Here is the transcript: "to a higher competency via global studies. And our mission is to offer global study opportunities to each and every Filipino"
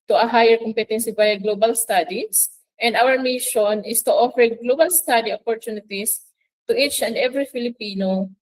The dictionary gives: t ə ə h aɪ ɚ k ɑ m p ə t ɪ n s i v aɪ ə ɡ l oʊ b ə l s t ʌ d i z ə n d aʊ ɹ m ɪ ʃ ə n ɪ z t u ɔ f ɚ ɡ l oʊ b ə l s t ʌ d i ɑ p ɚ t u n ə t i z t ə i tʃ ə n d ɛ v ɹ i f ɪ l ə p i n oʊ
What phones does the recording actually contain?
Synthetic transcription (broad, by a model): t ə ə h aɪ ɚ k ɑ m p ə t ɪ n s i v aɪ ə ɡ l oʊ b ə l s t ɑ d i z ə n d aʊ ɹ m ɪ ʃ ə n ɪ s t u ɔ f ɚ ɡ l oʊ b ə l s t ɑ d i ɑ p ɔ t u n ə t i s t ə i tʃ ə n d ɛ v ɹ i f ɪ l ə p i n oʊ